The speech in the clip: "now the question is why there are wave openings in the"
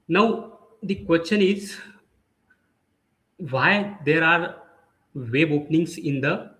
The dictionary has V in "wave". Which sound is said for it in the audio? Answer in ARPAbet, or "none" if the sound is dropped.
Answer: B